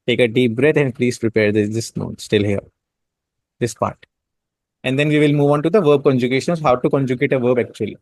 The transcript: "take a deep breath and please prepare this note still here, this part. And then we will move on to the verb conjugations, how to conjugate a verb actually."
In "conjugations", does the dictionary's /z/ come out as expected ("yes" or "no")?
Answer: no